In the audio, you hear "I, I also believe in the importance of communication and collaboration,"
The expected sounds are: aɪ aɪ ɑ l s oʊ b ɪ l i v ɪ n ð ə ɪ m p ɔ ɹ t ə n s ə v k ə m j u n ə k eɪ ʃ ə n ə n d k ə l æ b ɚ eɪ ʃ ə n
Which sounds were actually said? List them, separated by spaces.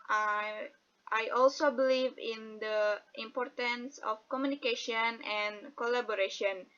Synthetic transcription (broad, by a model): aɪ aɪ ɑ l s oʊ b ɪ l i v ɪ n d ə ɪ m p ɔ ɹ t ə n s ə f k ə m j u n ə k eɪ ʃ ə n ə n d k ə l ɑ b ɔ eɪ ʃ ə n